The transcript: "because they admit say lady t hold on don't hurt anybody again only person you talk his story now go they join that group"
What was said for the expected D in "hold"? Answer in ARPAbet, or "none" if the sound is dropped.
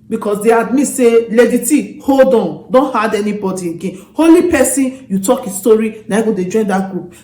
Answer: D